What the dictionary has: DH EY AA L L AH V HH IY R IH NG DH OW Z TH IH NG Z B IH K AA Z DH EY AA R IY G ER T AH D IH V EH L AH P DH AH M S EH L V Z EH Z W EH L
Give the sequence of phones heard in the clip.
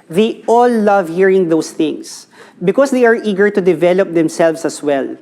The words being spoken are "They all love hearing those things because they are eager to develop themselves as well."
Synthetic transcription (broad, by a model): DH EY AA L L AH V HH IY R IH NG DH OW S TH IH NG S B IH K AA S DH EY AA R IY G ER T AH D IH V EH L AH P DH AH M S EH L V S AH S W EH L